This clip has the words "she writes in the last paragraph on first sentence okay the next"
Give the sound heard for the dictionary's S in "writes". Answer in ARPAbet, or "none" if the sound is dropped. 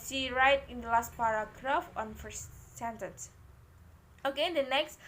none